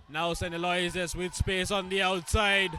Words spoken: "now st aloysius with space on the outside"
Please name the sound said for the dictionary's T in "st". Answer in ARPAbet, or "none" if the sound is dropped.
none